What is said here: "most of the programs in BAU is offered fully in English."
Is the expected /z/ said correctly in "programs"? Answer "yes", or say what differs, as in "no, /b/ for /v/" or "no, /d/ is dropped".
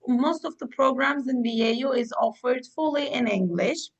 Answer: yes